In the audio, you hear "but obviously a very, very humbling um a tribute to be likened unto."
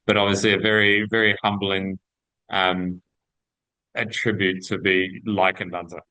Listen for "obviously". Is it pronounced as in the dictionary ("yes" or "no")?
yes